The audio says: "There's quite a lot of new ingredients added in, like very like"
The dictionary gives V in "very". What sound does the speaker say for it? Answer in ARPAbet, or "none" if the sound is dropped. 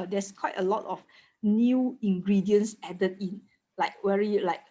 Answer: W